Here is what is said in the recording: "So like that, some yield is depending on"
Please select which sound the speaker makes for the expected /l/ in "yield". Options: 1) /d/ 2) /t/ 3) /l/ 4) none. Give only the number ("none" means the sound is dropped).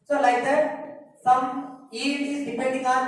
4